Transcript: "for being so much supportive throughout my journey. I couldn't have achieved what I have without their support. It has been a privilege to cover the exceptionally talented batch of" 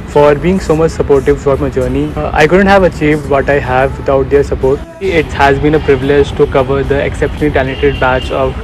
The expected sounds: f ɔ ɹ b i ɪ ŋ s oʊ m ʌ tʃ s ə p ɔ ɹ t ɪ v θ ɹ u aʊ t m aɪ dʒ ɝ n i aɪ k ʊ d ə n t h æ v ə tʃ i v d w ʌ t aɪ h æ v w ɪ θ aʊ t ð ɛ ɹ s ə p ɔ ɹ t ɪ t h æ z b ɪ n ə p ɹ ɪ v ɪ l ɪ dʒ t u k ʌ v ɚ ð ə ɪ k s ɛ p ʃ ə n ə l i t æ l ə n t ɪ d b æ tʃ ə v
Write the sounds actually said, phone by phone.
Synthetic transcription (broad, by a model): f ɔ ɹ b i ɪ ŋ s oʊ m ʌ tʃ s ə p ɔ ɹ t ɪ v f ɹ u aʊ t m aɪ dʒ ɝ n i aɪ k ʊ d ə n t h æ v ə tʃ i v d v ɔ t aɪ h æ v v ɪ t aʊ t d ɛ ɹ s ə p ɔ ɹ t ɪ t h æ z b ɪ n ə p ɹ ɪ v ɪ l ɪ dʒ t u k ʌ v ɚ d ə ɪ k s ɛ p ʃ ə n ə l i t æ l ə t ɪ d b æ tʃ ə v